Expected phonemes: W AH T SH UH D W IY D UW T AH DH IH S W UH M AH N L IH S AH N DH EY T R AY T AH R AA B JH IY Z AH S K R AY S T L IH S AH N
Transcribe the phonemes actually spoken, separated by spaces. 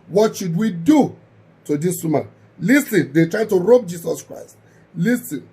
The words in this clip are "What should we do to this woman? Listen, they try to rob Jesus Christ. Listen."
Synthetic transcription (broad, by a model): W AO T SH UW D W IY D UW T AH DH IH S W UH M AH L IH S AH N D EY T R AY T AH R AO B JH IY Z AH S K R AY S T L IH S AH N